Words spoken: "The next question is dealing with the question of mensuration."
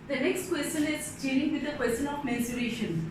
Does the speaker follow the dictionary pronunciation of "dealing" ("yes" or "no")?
no